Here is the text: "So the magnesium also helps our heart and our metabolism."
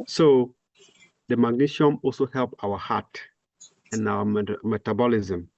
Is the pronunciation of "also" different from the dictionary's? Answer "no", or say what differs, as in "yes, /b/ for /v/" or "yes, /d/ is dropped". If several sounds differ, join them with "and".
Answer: no